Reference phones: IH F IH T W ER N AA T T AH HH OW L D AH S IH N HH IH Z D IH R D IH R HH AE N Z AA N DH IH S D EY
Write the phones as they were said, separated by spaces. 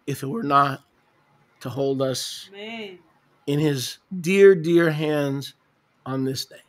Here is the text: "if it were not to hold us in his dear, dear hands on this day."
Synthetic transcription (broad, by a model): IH F IH T W ER N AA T T AH HH OW L D AH S IH N IH Z D IH R D IH R HH AE N Z N DH IH S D EY